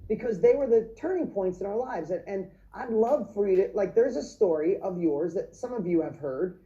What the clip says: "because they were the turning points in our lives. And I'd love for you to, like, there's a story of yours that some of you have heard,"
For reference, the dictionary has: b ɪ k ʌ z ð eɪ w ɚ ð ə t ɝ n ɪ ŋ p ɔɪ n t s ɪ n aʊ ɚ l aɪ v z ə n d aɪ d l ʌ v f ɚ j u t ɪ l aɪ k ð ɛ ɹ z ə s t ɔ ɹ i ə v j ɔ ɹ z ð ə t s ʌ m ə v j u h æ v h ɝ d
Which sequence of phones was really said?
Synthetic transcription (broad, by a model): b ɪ k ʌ z ð eɪ w ɚ ð ə t ɝ n ɪ ŋ p ɔɪ n t s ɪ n aʊ ɚ l aɪ v z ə n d aɪ d l ʌ v f ɚ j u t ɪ l aɪ k ð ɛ ɹ z ə s t ɔ ɹ i ə v j ɔ ɹ z ð ə t s ʌ m ə v j u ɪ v h ɝ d